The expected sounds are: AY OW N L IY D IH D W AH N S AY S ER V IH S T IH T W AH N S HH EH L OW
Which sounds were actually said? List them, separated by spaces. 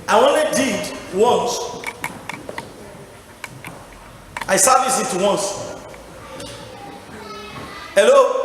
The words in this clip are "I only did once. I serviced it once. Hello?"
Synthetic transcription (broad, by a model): AY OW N IY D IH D W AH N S AY S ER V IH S IH T W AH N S HH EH L OW